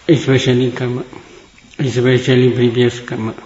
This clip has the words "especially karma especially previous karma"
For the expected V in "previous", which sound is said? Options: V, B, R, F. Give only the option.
B